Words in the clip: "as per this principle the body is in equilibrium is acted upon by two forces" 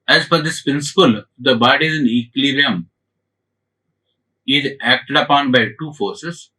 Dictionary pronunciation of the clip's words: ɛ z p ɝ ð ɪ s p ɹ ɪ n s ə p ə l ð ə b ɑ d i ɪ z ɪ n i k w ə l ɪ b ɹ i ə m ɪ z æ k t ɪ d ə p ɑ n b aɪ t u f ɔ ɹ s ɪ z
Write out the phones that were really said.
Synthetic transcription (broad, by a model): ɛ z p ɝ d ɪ s p ɹ ɪ n s ə p ə l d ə b ɑ d i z ɪ n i k l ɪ ɹ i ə m ɪ z æ k t ɪ d ə p ɑ n b aɪ t u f ɔ ɹ s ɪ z